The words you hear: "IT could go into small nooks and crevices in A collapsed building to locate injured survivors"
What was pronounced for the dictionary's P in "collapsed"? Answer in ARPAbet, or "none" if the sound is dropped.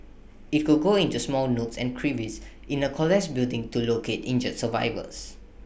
none